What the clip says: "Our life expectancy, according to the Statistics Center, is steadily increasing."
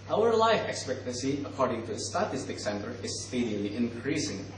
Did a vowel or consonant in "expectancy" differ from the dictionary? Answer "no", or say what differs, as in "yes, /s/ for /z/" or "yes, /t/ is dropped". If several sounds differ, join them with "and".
no